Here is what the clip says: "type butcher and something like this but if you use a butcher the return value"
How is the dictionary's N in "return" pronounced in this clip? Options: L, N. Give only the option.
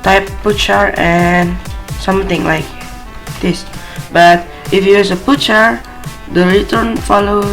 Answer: N